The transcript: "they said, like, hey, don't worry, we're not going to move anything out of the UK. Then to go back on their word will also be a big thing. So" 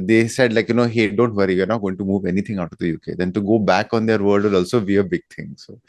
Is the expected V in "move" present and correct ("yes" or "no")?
yes